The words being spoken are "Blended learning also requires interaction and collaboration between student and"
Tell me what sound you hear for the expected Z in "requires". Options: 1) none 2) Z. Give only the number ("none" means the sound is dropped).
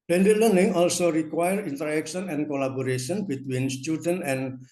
1